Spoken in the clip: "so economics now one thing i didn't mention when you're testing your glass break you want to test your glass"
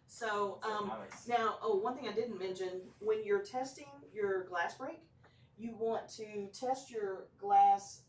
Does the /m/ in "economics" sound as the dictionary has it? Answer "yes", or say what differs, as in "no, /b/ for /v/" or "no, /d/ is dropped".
no, /m/ is dropped